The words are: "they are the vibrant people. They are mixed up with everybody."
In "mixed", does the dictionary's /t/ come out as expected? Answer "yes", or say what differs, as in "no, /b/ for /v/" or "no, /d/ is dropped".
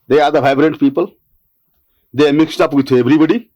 yes